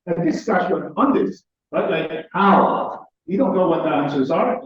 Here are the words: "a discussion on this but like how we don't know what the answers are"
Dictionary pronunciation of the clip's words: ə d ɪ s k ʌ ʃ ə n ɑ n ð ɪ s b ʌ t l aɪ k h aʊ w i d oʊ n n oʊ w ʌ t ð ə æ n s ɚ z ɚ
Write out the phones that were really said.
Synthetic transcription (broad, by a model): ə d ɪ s ʌ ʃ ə ɑ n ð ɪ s b ʌ t l aɪ k h aʊ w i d oʊ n n oʊ w ʌ t ð ə æ n s ɚ z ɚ